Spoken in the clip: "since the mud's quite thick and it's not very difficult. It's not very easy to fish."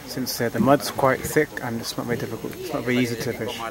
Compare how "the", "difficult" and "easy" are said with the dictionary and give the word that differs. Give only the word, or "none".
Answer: none